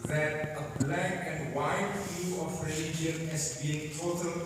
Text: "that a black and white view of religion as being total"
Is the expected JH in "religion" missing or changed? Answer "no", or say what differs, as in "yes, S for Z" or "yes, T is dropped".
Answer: yes, JH is dropped